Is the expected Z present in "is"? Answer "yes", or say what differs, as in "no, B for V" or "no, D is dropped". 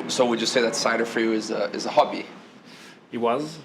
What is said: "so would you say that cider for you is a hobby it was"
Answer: yes